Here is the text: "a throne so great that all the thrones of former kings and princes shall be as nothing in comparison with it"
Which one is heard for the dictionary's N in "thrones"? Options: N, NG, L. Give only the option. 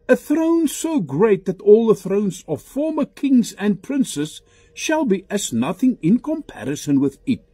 N